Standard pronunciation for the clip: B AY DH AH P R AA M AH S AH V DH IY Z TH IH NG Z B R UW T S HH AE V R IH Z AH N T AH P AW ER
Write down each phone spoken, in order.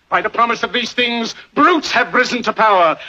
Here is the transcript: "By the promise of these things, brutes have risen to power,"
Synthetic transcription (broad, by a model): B AY DH AH P R AA M AH S AH V DH IY Z TH IH NG Z B R UW T S HH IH V R IH Z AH N T AH P AW ER